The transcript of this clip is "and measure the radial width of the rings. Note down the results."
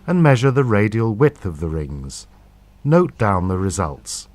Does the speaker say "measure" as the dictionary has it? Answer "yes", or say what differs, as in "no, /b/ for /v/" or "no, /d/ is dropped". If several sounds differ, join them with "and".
yes